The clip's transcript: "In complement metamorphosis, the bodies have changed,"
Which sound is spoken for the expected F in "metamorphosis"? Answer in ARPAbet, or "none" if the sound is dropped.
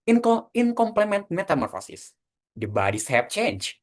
F